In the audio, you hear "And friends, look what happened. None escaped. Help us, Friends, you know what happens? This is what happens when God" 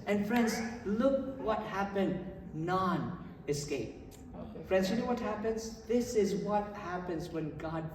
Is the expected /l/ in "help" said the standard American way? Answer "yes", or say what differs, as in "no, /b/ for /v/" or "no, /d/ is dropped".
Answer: no, /l/ is dropped